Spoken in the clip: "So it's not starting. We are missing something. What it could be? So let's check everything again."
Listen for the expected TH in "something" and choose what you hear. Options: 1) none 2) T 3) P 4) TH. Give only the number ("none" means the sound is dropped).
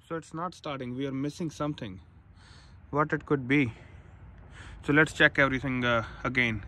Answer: 2